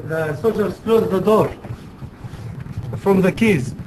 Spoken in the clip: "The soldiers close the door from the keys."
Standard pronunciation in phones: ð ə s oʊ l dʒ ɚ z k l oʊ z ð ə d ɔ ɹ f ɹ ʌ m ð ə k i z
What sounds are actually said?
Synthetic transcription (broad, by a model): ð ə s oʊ dʒ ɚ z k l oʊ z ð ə d ɔ ɹ f ɹ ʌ m ð ə k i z